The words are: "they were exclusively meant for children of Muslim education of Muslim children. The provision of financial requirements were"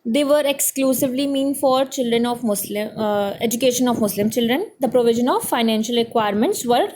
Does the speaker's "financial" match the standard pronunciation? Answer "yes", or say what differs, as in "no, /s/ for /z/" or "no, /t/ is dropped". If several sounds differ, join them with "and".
yes